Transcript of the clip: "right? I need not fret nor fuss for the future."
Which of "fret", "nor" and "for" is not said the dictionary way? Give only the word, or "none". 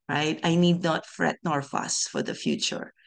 none